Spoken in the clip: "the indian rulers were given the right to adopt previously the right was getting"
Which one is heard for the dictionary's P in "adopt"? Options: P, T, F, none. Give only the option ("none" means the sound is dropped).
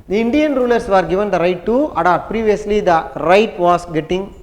none